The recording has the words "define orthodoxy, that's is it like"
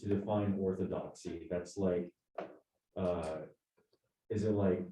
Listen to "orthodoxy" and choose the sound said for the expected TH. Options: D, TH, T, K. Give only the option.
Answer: TH